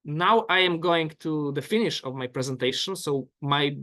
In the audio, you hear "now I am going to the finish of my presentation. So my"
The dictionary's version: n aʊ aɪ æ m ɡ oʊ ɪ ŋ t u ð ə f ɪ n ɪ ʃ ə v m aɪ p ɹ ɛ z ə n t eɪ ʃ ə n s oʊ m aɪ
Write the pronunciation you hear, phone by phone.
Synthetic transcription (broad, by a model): n aʊ aɪ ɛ m ɡ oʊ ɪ ŋ t u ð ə f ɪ n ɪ ʃ ə v m aɪ p ɹ ɛ z ə n t eɪ ʃ ə n s oʊ m aɪ